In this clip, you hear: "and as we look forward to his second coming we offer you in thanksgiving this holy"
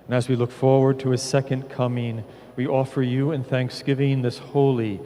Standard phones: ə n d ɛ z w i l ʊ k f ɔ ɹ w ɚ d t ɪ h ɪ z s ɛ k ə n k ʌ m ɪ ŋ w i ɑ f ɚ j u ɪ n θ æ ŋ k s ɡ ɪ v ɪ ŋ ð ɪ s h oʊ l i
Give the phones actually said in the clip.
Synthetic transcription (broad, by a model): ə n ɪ z w i l ʊ k f ɔ ɹ w ɚ d t ɪ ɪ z s ɛ k ə n k ʌ m ɪ ŋ w i ɑ f ɚ j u ɪ n θ æ ŋ k s ɡ ɪ v ɪ ŋ ð ɪ s h oʊ l i